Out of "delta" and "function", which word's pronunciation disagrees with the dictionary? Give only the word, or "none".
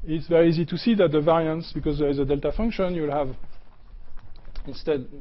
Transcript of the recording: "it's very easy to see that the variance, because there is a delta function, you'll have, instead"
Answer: none